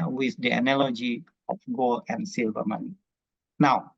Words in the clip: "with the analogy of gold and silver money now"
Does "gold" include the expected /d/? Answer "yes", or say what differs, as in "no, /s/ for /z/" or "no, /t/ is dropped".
no, /d/ is dropped